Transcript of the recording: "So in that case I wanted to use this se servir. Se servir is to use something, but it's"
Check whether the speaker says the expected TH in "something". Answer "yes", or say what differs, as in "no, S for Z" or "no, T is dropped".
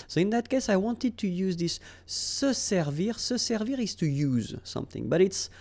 yes